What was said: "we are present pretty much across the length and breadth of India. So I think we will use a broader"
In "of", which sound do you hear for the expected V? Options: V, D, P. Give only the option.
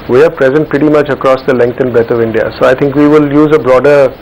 V